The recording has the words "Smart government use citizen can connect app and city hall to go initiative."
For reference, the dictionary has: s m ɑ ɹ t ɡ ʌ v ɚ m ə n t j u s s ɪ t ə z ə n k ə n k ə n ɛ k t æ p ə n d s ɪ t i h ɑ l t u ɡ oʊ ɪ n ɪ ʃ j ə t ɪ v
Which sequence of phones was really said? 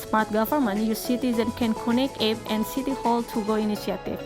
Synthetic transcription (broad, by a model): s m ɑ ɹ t ɡ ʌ f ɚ m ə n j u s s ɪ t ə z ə n k ə n k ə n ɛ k ɛ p ə n d s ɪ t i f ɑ l t u ɡ oʊ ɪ n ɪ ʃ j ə t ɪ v